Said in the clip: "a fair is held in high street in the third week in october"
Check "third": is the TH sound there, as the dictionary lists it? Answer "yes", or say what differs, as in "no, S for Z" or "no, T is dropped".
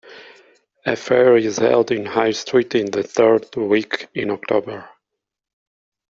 yes